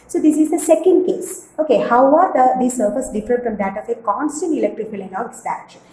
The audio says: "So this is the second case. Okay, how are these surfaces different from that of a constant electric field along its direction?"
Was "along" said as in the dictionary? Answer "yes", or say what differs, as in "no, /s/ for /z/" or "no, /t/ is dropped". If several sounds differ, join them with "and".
no, /n/ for /l/